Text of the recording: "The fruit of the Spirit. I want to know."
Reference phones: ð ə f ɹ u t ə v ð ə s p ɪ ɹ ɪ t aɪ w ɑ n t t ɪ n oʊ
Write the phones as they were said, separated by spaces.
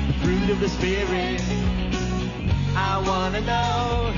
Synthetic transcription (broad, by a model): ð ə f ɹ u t ə v ð ə s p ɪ ɹ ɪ aɪ w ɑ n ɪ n oʊ